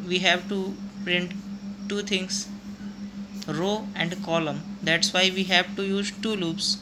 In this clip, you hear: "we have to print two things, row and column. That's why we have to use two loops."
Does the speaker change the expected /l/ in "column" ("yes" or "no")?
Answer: no